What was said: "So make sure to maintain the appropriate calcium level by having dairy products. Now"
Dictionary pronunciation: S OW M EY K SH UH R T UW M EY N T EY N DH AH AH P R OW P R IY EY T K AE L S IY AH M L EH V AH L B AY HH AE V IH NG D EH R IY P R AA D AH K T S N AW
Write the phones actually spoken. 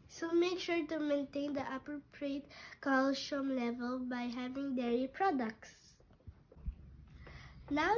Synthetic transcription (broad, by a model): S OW M EY K SH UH R T UW M EY N T EY N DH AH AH P R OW P R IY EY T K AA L SH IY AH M L EH V AH L B AY HH AE V IH NG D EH R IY P R AA D AH K T S N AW